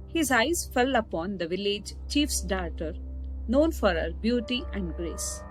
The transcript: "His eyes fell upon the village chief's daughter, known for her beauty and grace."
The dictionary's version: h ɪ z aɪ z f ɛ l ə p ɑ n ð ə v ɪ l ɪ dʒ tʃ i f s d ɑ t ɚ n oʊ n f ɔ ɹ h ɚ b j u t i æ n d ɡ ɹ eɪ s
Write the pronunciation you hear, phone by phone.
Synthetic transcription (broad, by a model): h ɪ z aɪ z f ɛ l ə p ɑ n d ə v ɪ l ɪ dʒ tʃ i f s d ɑ t ɚ n oʊ n f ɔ ɹ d b j u t i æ n d ɡ ɹ eɪ s